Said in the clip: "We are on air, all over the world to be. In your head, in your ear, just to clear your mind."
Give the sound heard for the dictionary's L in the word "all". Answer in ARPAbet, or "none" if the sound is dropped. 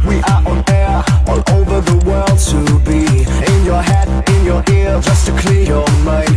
N